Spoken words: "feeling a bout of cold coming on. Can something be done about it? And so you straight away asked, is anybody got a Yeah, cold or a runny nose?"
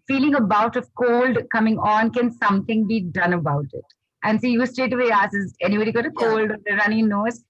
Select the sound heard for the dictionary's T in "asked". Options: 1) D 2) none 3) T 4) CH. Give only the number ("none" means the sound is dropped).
2